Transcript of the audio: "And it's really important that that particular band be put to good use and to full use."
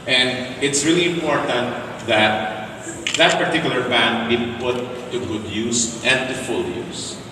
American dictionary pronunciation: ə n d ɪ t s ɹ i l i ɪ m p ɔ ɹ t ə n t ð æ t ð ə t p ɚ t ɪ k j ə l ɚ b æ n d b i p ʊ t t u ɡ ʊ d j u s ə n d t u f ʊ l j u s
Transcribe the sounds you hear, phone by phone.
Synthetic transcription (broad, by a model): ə n d ɪ t s ɹ i l i ɪ m p ɔ ɹ t ə n t ð æ t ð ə t p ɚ t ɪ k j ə l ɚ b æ n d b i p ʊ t t u ɡ ʊ d j u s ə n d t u f ʊ l j u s